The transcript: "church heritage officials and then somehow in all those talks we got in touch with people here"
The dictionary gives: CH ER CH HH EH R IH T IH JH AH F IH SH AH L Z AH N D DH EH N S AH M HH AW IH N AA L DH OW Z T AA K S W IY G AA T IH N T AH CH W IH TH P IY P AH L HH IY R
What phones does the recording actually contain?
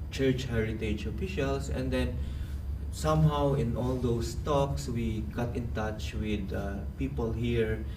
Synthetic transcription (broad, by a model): CH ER CH HH EH R IH T IH JH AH F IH SH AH L S AH N D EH N S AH M HH AW IH N AA L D OW S T AA K S W IY G AA T IH N T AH CH W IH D P IY P AH L HH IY R